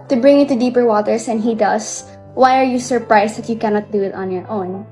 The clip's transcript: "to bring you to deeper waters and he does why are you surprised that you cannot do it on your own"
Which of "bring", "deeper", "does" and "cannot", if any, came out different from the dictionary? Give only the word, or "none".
does